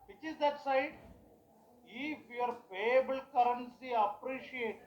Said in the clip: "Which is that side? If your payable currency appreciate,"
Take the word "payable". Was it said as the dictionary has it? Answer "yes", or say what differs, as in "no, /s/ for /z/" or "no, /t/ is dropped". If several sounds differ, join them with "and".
no, /f/ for /p/